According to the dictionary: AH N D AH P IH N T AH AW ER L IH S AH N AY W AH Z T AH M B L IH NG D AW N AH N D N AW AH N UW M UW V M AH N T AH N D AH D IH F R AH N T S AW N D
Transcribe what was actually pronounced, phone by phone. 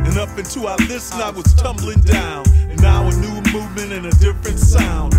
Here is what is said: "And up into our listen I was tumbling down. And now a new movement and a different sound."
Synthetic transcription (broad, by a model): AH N AH P IH N T AH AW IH L IH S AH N AY W AH Z T AH M B L IH NG D AW N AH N N AW AH N UW M UW V M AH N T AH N AH D IH F R AH N T S AW N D